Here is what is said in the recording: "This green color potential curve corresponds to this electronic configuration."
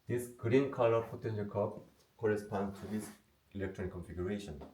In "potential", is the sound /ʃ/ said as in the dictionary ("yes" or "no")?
no